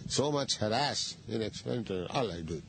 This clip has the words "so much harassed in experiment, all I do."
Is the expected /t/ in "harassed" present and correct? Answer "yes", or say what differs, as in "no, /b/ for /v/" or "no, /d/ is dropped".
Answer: no, /t/ is dropped